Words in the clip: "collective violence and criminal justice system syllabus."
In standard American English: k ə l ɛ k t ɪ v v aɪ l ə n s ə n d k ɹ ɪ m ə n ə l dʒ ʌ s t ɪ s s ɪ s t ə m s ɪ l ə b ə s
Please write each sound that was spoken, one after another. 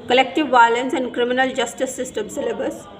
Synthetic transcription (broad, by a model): k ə l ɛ k t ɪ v v aɪ l ə n s ə n d k ɹ ɪ m ə n ə l dʒ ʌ s t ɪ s s ɪ s t ə m s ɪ l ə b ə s